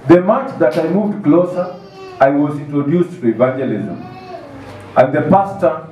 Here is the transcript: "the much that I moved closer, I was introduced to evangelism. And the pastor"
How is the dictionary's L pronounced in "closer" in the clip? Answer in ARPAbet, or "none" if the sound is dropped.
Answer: L